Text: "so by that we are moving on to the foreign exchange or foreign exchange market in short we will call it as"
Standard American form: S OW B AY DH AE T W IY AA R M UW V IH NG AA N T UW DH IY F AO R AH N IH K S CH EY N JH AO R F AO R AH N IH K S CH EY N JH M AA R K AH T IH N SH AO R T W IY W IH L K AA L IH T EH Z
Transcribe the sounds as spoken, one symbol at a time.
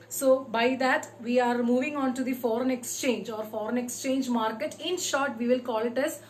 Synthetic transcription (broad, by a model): S OW B AY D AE T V IY AA R M UW V IH NG AA N T UW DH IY F AO R AH N IH K S CH EY N JH AO R F AO R AH N IH K S CH EY N JH M AA R K AH T IH N SH AO R T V IY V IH L K AA L IH T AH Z